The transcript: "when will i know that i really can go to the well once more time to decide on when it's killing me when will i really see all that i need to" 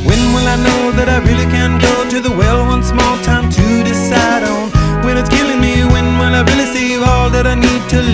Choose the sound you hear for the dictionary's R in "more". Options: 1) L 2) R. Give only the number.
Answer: 1